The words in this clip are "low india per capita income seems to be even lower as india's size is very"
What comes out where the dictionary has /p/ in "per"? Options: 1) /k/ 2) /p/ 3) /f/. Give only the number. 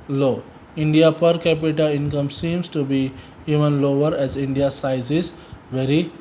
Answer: 2